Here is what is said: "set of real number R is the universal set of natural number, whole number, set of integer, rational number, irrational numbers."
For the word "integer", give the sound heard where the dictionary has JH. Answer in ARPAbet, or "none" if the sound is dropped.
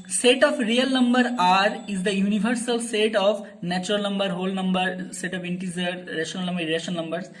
Z